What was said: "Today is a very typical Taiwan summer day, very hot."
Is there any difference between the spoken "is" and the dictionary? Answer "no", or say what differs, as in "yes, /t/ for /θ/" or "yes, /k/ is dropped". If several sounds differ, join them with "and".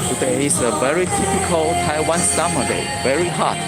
yes, /s/ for /z/